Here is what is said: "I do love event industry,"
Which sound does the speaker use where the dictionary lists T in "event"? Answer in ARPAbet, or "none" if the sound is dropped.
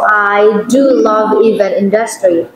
none